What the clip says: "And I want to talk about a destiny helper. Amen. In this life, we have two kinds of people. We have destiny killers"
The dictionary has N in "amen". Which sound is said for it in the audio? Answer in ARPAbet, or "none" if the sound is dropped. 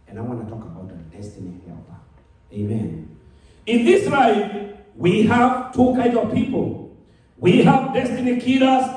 N